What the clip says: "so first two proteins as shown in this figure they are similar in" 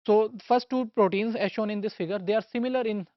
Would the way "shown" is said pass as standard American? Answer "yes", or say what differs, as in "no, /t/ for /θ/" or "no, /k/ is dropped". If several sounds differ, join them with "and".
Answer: yes